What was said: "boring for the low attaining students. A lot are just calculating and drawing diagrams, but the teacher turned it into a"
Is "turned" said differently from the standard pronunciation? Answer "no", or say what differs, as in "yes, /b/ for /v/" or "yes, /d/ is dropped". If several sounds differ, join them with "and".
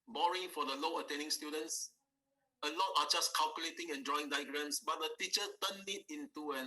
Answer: yes, /d/ is dropped